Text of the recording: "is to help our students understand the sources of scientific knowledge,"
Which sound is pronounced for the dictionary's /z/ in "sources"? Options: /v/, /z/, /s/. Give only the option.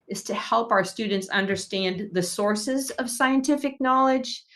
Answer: /z/